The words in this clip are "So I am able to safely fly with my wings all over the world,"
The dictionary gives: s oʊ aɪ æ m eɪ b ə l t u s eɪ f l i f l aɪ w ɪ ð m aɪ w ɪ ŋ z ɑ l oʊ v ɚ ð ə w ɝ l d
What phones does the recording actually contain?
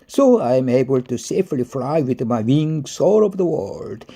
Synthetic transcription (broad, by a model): s oʊ aɪ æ m eɪ b ə l t u s eɪ f l i f l aɪ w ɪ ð m aɪ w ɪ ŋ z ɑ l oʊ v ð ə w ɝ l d